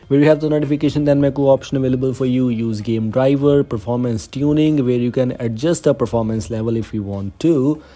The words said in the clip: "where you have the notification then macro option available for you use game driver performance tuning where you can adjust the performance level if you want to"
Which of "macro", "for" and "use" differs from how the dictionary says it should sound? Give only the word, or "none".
macro